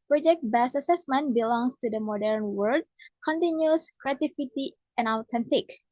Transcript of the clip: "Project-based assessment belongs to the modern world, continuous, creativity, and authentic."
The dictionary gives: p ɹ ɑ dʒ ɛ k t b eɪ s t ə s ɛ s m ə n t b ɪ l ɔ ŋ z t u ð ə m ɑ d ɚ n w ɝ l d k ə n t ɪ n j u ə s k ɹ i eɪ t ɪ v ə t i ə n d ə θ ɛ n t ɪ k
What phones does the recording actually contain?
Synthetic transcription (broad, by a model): p ɹ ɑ dʒ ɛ k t b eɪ s ə s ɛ s m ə n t b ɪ l ɔ ŋ s t u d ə m ɑ d ɚ n w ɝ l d k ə n t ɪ n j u s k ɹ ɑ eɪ t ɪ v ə t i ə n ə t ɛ n t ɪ k